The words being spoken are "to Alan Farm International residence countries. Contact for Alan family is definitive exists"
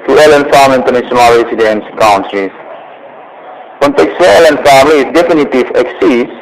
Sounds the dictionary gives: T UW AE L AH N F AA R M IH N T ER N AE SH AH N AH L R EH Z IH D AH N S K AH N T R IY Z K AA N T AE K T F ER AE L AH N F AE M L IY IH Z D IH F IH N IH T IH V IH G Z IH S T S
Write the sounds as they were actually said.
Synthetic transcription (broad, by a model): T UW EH L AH N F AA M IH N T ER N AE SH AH N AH L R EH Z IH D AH N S K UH N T R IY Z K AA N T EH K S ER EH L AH N F AE M L IY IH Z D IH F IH N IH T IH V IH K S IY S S